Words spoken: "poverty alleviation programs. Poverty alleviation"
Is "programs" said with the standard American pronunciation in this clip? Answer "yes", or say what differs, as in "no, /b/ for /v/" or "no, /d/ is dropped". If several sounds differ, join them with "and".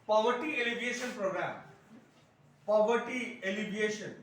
no, /z/ is dropped